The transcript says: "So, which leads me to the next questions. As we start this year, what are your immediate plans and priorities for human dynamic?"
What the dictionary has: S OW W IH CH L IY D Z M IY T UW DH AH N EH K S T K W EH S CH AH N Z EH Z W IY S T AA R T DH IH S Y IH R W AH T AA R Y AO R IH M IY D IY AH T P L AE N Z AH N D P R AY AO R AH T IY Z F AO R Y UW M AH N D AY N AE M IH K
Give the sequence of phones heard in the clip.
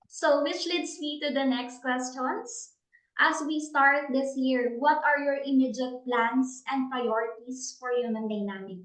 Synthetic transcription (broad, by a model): S OW W IH CH L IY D S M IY T UW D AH N EH K S T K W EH S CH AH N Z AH S W IY S T AA R T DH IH S Y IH R W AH T AA R Y AO R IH M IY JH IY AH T P L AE N S AH N D P R AY AO R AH T IY S F AO R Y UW M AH N D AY N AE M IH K